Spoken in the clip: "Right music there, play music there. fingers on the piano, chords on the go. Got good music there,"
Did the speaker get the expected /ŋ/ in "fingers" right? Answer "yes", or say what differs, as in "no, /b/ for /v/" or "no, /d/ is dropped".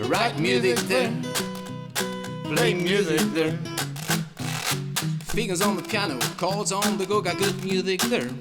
no, /ŋ/ is dropped